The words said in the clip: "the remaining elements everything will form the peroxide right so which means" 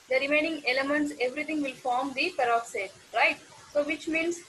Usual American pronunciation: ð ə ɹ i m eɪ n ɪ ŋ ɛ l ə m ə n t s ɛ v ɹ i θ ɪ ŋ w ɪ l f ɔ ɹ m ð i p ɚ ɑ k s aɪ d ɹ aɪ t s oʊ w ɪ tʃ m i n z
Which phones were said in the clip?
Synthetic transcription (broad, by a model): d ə ɹ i m eɪ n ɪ ŋ ɛ l ə m ə n t s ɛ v ɹ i t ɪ ŋ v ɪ l f ɔ ɹ m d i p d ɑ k s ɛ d ɹ aɪ t s oʊ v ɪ tʃ m i n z